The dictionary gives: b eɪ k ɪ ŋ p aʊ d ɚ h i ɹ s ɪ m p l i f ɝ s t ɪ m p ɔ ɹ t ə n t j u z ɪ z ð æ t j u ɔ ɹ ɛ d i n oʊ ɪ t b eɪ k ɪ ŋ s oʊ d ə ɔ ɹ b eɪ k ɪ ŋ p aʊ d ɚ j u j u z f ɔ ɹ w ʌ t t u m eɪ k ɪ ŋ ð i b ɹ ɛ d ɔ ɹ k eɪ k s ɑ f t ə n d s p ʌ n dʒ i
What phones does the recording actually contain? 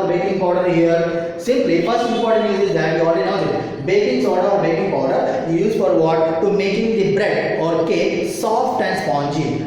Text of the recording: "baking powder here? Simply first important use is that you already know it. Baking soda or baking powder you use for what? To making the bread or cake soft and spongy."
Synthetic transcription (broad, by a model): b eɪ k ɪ ŋ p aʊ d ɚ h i ɹ s ɪ m p l i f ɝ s ɪ p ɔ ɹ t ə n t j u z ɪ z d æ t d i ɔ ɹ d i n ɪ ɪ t b eɪ k ɪ ŋ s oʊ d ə ɔ ɹ b eɪ k ɪ ŋ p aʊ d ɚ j j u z f ɔ ɹ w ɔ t t u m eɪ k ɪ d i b ɹ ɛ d ɔ ɹ k eɪ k s ɑ f t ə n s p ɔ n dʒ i